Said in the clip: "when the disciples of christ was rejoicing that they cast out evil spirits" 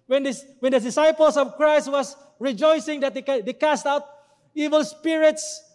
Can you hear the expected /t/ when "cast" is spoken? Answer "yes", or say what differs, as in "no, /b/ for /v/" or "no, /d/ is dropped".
yes